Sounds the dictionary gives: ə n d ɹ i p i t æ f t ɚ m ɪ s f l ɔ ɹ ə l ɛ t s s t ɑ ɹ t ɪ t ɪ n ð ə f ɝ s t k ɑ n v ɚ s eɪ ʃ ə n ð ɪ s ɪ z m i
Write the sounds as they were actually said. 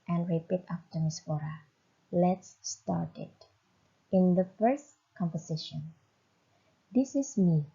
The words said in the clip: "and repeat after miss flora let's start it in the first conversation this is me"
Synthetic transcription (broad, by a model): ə n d ɹ i p i t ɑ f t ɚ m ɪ s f ɔ ɹ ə l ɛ t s s t ɑ ɹ t ɪ t ɪ n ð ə f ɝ s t k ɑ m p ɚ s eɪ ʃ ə n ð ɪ s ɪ s m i